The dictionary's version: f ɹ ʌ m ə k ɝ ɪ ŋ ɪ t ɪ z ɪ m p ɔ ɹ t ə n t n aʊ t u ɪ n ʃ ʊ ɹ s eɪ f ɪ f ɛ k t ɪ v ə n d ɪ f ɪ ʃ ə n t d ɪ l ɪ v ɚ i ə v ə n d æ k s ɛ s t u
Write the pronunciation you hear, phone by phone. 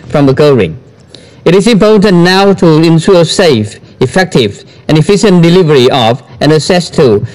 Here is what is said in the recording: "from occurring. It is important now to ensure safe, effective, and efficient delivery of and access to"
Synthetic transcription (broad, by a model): f ɹ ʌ m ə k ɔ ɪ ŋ ɪ t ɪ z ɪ m p ɔ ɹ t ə n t n aʊ t u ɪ n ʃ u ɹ s eɪ f ɪ f ɛ k t ɪ v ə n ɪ f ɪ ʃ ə n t d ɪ l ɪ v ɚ i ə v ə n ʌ s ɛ s t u